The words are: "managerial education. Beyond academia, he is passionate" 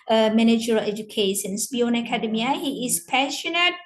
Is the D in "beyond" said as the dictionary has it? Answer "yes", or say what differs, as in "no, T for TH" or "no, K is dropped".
no, D is dropped